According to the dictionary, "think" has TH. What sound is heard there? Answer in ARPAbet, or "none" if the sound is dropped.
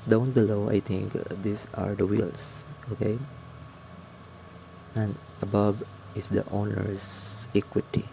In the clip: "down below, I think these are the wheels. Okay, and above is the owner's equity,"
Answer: T